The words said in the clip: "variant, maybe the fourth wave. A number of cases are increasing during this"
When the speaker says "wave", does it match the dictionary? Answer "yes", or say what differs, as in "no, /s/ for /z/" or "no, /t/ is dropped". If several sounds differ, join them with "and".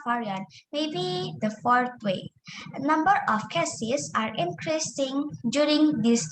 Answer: no, /v/ is dropped